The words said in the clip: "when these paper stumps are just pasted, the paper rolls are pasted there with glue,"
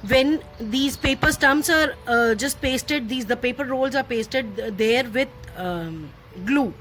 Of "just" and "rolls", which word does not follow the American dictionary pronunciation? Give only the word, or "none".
none